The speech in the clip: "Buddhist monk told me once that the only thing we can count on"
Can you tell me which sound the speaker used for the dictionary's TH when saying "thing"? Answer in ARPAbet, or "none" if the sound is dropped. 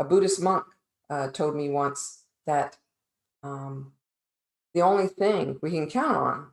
TH